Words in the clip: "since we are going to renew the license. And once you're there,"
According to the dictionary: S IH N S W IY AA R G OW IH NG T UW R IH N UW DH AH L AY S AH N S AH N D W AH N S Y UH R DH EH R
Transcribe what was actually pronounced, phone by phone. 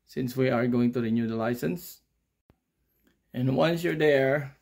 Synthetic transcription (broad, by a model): S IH N S W IY AA R G OW IH NG T UW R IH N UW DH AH L AY S AH N S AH N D W AH N S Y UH R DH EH R